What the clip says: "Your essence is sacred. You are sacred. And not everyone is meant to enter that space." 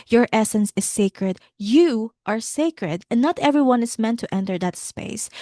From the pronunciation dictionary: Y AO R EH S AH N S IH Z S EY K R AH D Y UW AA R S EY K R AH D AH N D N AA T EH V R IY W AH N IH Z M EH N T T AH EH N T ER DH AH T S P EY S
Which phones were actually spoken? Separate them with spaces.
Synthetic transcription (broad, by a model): Y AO R EH S AH N S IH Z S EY K R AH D Y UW AA R S EY K R AH D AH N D N AA T EH V R IY W AH N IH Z M EH N T T EH N T ER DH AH T S P EY S